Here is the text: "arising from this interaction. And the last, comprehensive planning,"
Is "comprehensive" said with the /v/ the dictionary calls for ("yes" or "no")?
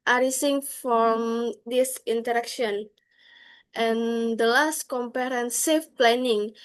no